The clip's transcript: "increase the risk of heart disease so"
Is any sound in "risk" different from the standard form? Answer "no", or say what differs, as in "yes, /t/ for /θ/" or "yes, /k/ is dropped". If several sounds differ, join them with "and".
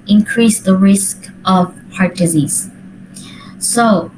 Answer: no